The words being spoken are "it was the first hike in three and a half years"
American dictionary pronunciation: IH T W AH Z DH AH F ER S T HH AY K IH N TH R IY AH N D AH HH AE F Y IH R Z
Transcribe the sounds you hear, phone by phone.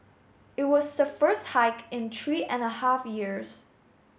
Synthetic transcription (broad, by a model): IH T W AH Z DH AH F ER S T HH AY K IH N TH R IY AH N AH HH AE F Y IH R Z